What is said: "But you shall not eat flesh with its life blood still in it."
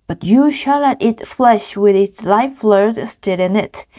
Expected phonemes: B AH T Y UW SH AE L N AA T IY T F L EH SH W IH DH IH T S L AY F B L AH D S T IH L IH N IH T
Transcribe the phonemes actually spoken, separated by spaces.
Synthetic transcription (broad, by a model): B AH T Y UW SH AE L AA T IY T F L EH SH W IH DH IH T S L AY F L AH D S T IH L IH N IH T